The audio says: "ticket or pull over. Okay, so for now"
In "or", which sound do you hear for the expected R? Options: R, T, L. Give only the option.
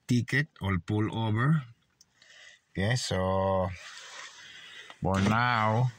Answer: L